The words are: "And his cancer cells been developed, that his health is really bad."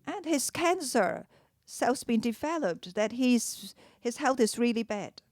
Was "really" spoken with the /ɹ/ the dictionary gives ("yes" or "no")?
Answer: yes